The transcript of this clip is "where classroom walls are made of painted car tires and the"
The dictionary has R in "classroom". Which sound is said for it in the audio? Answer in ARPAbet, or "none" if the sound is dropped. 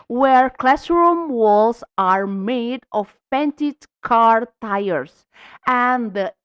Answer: R